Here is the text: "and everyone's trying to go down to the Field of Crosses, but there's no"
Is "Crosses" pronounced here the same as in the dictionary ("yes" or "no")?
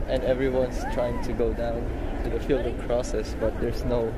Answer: no